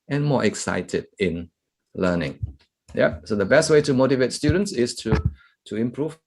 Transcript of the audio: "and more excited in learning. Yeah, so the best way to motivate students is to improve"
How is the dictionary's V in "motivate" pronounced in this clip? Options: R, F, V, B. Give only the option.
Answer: V